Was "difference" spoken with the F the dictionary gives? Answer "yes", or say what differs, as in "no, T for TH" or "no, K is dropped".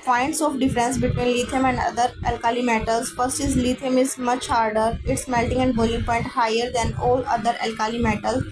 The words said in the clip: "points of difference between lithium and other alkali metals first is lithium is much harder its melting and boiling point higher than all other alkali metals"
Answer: yes